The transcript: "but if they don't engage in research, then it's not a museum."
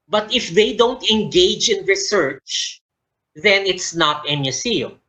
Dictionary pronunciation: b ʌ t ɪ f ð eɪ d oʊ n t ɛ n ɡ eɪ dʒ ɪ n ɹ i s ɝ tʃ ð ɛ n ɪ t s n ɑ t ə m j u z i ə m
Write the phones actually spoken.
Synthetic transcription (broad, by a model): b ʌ t ɪ f ð eɪ d oʊ n t ɛ n ɡ eɪ dʒ ɪ n ɹ i s ɝ tʃ ð ɛ n ɪ t s n ɑ t ə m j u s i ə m